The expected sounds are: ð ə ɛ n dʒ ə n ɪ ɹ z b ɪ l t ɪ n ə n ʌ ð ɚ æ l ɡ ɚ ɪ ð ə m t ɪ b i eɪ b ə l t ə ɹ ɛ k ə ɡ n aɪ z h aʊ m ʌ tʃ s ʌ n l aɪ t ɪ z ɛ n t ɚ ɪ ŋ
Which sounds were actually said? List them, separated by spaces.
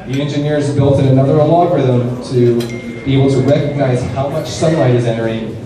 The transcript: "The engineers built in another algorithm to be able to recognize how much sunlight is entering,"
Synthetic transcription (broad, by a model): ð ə ɛ n dʒ ə n ɪ ɹ z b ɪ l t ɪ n ə n ʌ ð ɚ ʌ l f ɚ ð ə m t ɪ b i eɪ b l t ə ɹ ɛ k ə ɡ n aɪ z h aʊ m ʌ tʃ s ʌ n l aɪ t ɪ z ɛ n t ɚ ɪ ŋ